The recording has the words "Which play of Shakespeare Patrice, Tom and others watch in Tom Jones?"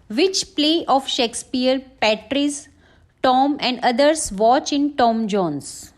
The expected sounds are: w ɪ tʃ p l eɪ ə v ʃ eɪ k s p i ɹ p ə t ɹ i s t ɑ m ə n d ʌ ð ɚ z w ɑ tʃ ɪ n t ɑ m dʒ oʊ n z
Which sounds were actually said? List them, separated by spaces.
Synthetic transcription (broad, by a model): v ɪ tʃ p l eɪ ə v ʃ eɪ k s p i ɹ p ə t ɹ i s t ɑ m ə n d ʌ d ɚ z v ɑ tʃ ɪ n t ɑ m dʒ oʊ n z